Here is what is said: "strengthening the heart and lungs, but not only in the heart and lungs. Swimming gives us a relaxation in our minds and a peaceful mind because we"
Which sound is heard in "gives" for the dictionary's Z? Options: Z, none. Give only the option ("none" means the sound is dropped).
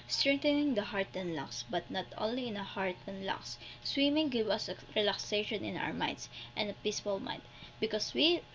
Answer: none